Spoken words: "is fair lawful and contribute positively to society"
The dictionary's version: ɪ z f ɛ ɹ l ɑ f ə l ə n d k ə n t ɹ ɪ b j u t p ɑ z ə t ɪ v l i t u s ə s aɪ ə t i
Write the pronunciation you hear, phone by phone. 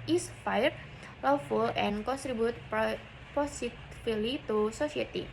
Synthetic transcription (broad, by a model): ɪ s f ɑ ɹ l ɑ f ə l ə n k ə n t ɹ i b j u t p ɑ s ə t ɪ l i t u s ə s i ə t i